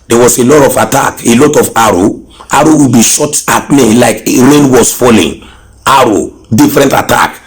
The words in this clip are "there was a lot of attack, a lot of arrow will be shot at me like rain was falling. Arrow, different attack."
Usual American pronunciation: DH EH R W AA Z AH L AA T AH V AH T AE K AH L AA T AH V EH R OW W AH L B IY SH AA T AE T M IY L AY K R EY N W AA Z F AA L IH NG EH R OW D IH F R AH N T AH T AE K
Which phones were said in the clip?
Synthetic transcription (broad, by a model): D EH W AA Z AH L AA T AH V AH T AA K AH L AA T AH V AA R OW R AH W B IY SH AA T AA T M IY L AY K R EY N W AA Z F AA L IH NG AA R OW D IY F R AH N T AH T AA K